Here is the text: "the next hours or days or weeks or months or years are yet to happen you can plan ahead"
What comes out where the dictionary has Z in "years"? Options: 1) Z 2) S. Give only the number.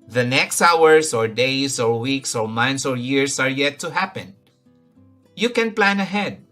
2